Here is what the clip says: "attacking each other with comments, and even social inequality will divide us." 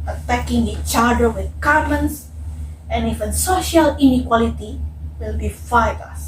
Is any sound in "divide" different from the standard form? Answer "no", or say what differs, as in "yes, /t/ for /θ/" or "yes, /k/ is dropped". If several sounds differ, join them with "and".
yes, /f/ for /v/